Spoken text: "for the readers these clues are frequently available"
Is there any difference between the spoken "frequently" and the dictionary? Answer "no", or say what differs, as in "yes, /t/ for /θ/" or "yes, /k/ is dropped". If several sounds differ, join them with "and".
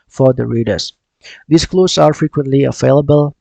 no